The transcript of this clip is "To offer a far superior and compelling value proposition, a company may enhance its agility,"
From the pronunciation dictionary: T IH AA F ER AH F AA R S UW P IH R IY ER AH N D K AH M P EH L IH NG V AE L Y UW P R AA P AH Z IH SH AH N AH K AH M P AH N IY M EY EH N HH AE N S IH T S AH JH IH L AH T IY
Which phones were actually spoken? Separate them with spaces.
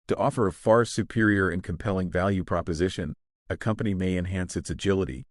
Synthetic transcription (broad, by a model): T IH AA F ER AH F AA R S UW P IH R IY ER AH N K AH M P EH L IH NG V AE L Y UW P R AA P AH Z IH SH AH N AH K AH M P AH N IY M EY EH N HH AE N S IH T S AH JH IH L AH T IY